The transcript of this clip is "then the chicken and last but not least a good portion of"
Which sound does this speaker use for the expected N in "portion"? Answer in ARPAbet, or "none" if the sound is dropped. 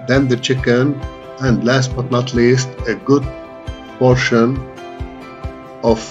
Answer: N